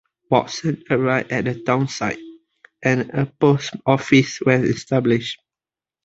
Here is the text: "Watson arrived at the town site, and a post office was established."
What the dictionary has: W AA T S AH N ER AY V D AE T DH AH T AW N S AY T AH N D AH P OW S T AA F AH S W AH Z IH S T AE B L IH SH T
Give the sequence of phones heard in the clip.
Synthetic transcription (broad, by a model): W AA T S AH N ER AY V EH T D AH T AW N S AY T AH N AH P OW S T AA F AH S W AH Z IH S T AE B L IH SH T